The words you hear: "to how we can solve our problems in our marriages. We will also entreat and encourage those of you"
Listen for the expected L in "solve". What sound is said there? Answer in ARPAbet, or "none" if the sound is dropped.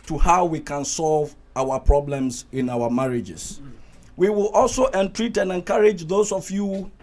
L